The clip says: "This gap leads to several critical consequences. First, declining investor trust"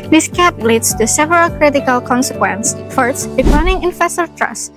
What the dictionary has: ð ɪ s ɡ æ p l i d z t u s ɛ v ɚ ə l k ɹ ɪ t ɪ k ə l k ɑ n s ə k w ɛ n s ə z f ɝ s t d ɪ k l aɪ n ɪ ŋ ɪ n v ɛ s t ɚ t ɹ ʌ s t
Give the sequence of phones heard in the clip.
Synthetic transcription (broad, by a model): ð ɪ s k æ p l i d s t u s ɛ v ɚ ə l k ɹ ɪ t ɪ k ə l k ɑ n s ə k w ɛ n s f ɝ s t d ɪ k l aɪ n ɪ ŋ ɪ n f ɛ s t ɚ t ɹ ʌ s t